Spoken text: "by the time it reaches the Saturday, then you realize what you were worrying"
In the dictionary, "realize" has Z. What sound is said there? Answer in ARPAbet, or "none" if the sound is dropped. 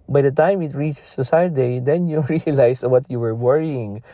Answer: S